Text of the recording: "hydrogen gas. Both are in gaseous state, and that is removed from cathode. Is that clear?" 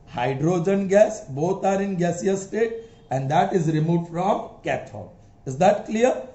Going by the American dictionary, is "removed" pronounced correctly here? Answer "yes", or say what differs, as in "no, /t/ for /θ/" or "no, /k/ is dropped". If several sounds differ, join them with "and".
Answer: no, /f/ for /v/